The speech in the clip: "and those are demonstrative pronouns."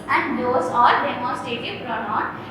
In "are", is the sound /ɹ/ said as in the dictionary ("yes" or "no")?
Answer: no